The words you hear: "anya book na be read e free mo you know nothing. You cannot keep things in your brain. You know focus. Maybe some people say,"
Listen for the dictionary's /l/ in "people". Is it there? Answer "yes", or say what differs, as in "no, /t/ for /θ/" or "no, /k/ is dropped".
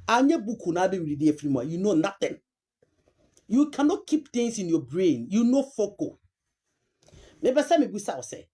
no, /w/ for /l/